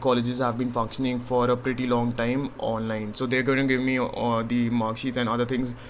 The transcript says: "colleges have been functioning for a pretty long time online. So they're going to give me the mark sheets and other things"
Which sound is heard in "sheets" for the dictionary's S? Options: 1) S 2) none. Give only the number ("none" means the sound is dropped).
2